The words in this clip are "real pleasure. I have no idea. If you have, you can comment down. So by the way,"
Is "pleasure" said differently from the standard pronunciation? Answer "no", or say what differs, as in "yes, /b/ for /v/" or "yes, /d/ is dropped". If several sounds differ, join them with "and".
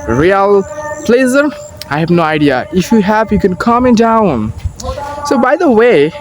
yes, /z/ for /ʒ/